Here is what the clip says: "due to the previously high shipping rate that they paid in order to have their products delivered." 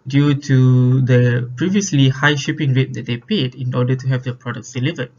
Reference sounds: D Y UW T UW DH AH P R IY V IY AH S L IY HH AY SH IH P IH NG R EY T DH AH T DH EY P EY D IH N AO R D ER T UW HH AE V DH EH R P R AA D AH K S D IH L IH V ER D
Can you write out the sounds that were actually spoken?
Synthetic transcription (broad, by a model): D Y UW T UW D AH P R IY V IY AH S L IY HH AY SH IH P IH NG R EY T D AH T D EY P EY D IH N AO D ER T UW HH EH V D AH P R AA D AH K S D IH L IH V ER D